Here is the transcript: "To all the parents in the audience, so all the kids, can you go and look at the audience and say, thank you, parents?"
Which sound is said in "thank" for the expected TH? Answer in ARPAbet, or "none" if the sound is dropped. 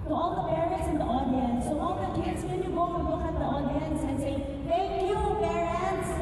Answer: T